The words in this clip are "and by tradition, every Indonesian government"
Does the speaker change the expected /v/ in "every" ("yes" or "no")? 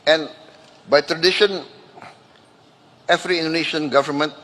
yes